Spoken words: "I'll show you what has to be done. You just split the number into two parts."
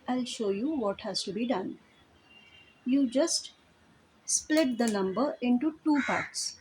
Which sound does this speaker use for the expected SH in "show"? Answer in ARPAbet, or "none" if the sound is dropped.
SH